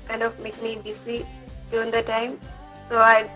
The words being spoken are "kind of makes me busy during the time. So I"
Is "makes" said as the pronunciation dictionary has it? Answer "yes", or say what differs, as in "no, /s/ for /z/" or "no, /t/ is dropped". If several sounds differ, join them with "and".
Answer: no, /s/ is dropped